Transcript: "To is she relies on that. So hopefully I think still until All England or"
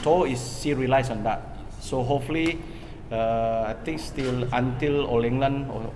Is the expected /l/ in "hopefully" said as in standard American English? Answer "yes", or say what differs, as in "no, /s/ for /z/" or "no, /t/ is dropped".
no, /l/ is dropped